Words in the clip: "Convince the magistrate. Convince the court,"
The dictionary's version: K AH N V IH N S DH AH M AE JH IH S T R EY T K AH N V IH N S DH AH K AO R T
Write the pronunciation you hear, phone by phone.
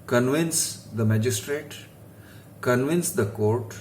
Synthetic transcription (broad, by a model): K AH N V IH N S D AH M AE JH IH S T R EY T K AH N V IH N S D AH K AO R T